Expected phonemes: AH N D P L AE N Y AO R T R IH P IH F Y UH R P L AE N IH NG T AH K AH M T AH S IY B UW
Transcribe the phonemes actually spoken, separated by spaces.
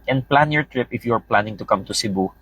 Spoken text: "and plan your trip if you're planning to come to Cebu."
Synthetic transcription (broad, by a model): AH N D P L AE N Y AO R T R IH P IH F Y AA R P L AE N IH NG T AH K AH M T AH S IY B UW